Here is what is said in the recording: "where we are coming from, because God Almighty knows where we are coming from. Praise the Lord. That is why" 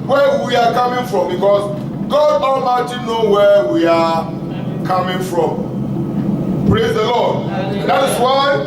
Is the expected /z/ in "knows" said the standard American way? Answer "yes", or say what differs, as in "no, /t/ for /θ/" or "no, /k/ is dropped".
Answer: no, /z/ is dropped